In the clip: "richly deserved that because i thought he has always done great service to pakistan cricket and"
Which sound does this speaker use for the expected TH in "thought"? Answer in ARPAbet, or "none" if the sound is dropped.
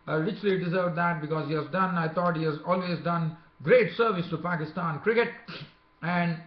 T